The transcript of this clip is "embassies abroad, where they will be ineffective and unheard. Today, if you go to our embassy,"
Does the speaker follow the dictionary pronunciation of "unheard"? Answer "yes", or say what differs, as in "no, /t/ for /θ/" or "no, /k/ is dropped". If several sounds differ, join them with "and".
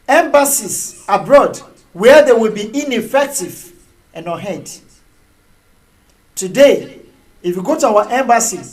no, /n/ is dropped